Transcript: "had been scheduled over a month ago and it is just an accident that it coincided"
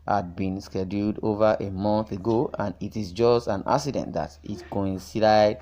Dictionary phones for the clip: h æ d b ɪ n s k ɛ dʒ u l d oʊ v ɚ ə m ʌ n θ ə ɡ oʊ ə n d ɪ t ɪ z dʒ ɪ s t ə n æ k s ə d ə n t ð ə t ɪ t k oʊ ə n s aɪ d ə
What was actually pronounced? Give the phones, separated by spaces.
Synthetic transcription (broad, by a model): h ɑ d b ɪ n s k ɛ dʒ u l d oʊ v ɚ ə m ʌ n θ ə ɡ oʊ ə n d ɪ t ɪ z dʒ ɪ s t ə n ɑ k s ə d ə n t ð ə t ɪ t k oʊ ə n s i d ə